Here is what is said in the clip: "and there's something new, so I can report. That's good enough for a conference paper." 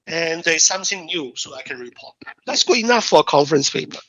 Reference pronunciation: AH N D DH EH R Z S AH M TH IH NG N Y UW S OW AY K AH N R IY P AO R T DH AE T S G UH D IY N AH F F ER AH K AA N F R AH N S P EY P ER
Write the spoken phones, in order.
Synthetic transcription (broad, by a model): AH N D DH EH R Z S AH M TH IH NG N Y UW S OW AY K AH N R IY P AO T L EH T S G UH IY N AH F F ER AH K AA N F R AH N S P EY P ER